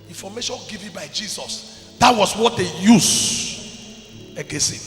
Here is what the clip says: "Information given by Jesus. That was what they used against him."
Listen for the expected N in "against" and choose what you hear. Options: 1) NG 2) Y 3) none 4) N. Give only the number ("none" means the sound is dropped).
3